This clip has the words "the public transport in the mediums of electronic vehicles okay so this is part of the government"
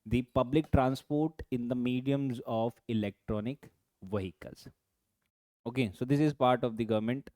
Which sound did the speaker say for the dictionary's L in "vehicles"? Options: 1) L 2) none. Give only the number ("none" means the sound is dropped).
2